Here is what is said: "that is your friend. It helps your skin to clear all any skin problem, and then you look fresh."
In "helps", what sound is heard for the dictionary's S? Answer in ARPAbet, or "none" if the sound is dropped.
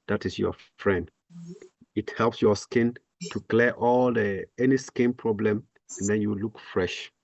S